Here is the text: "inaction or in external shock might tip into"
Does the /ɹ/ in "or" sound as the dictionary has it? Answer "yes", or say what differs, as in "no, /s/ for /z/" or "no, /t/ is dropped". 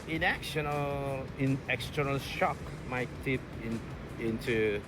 no, /l/ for /ɹ/